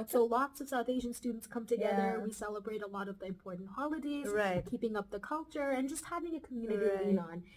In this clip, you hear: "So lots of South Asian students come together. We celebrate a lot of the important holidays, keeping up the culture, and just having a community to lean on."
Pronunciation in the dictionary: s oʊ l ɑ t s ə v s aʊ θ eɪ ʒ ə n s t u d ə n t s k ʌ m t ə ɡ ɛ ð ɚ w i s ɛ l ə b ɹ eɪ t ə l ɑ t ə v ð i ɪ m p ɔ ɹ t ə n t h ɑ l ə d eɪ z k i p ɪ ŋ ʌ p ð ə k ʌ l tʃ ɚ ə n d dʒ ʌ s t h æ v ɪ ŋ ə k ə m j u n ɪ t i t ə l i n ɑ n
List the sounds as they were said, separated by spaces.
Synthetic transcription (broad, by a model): s oʊ l ɑ t s ə v s aʊ θ eɪ ʒ ə n s t u d n t s k ʌ m t ə ɡ ɛ ð ɚ w i s ɛ l ə b ɹ eɪ t ə l ɑ t ə v ð i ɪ m p ɔ ɹ t n t h ɑ l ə d eɪ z k i p ɪ ŋ ʌ p ð ə k ʌ l tʃ ɚ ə n dʒ ʌ s t h æ v ɪ ŋ ə k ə m j u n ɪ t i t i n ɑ n